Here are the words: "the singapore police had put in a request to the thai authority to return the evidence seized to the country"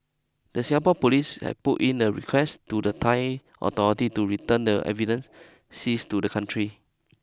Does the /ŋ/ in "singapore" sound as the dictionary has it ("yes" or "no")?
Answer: no